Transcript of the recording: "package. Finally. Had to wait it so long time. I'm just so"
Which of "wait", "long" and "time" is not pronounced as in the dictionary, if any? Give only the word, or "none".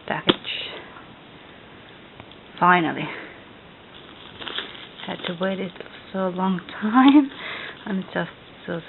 none